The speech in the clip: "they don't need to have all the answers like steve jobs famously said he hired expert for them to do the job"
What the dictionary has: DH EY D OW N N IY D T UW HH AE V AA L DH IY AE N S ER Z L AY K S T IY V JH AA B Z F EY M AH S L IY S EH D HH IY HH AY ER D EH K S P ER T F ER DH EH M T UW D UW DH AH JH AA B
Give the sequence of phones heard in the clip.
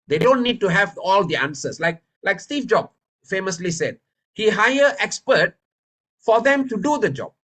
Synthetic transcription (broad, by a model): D EY D OW N N IY D T UW HH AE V AA L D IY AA N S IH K L AY K S T IY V JH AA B F EY M AH S L IY S EH D HH IY HH AY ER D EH K S P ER T F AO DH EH M T UW D UW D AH JH AA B